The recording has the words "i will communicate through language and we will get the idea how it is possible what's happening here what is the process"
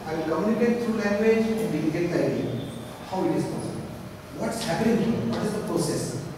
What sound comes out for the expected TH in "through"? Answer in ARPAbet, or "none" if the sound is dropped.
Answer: T